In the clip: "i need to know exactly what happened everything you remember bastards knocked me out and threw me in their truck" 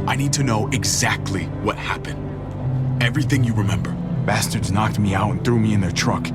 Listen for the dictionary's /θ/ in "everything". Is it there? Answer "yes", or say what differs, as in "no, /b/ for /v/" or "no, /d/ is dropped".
yes